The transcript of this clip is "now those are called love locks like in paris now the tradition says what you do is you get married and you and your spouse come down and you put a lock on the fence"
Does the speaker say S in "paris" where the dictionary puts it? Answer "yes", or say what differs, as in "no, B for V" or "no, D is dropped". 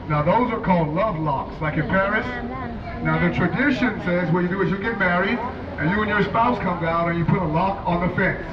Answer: yes